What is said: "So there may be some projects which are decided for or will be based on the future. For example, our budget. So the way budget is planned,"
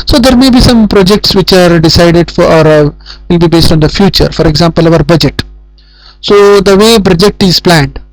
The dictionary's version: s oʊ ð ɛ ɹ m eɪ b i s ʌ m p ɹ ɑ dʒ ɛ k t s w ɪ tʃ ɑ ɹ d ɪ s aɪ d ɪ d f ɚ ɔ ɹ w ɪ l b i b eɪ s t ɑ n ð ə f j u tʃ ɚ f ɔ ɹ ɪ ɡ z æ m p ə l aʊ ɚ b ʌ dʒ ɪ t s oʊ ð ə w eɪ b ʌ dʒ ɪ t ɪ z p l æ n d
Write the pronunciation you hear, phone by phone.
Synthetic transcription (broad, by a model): s oʊ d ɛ ɹ m eɪ b i s ʌ m p ɹ ɑ dʒ ɛ k t s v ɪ tʃ ɑ ɹ d ɪ s aɪ d ɪ d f ɔ ɹ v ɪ l b i b eɪ s t ɑ n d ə f j u tʃ ɚ f ɔ ɹ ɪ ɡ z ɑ m p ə l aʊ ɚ b ʌ dʒ ɪ t s oʊ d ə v eɪ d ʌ dʒ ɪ t ɪ z p l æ n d